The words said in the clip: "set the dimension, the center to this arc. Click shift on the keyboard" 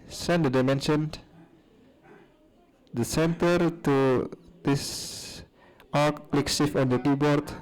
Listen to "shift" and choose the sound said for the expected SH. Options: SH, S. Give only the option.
S